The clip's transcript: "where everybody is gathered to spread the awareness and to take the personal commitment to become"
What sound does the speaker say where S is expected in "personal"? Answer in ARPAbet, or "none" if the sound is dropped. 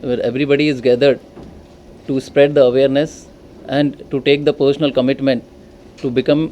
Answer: SH